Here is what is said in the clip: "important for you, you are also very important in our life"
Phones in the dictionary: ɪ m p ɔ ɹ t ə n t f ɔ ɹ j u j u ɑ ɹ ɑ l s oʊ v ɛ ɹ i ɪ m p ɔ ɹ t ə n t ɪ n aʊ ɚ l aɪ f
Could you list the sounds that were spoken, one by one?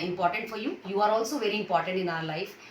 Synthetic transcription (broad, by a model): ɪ m p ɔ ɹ t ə n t f ɔ ɹ j u j u ɑ ɹ ɑ l s oʊ v ɛ ɹ i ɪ m p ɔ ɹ t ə n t ɪ n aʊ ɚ l aɪ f